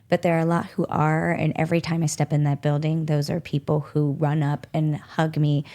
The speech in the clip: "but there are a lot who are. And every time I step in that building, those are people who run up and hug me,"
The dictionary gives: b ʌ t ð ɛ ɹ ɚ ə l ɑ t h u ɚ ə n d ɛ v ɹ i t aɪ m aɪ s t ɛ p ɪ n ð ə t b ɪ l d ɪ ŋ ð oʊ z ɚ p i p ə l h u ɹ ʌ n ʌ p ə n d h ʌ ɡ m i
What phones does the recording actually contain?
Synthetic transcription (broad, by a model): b ʌ t ð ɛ ɹ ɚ ə l ɑ t h u ɚ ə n ɛ v ɹ i t aɪ m aɪ s t ɛ p ɪ n ð ə t b ɪ l d ɪ ŋ ð oʊ z ɚ p i p l h u ɹ ʌ n ʌ p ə n h ʌ ɡ m i